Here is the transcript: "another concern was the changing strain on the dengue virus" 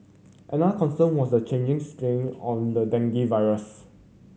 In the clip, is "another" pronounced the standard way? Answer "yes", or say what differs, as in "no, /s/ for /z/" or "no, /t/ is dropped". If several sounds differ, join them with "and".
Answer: no, /ð/ is dropped